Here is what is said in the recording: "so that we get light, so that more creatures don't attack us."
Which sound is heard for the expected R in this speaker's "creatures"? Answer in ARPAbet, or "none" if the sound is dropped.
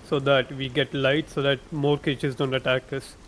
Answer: none